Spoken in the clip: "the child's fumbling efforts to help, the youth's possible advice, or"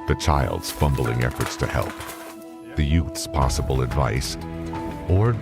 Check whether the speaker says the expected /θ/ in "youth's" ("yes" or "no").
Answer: yes